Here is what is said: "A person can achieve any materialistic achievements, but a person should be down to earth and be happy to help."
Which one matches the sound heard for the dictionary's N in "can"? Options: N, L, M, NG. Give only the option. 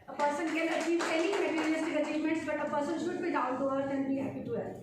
L